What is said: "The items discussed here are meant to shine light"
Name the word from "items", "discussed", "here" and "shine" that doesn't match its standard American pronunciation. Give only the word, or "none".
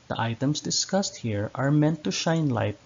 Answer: items